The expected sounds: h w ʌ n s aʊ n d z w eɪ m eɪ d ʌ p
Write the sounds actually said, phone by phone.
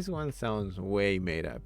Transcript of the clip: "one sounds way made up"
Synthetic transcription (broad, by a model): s w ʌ n s aʊ n d z w eɪ m eɪ d ʌ p